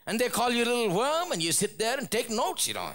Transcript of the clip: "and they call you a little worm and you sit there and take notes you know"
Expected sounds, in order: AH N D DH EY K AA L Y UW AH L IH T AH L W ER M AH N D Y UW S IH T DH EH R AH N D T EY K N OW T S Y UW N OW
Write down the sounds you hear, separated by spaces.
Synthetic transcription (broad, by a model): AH N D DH EY K AA L Y UW AH L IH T L W ER M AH N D Y UW S IH T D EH R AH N T EY K N OW T S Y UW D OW